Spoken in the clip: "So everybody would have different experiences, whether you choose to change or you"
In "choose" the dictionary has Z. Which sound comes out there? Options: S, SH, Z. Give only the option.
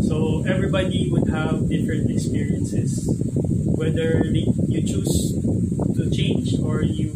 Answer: S